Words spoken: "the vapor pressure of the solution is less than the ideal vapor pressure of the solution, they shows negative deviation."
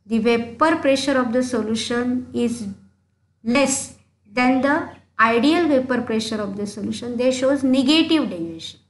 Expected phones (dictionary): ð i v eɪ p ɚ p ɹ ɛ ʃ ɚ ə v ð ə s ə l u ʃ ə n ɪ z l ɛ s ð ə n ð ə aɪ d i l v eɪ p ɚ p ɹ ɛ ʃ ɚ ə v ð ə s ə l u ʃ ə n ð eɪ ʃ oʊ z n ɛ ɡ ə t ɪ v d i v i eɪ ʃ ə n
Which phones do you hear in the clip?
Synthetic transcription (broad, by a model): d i v eɪ p ɚ p ɹ ɛ ʃ ɚ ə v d ə s ə l u ʃ ə n ɪ z l ɛ s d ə n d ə aɪ d i l v eɪ p ɚ p ɹ ɛ ʃ ɚ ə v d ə s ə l u ʃ ə n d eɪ ʃ oʊ z n ɛ ɡ ə t ɪ v d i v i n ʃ ə n